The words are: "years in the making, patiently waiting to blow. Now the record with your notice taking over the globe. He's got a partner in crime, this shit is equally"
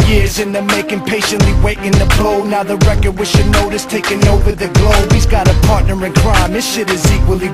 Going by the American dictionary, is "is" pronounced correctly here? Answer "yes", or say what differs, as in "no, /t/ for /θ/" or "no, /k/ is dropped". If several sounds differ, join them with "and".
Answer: yes